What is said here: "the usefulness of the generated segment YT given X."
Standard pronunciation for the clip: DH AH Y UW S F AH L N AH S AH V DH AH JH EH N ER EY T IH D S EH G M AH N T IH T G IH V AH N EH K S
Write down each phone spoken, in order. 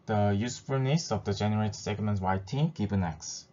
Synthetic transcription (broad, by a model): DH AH Y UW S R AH N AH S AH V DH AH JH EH N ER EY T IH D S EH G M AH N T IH T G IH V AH N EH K S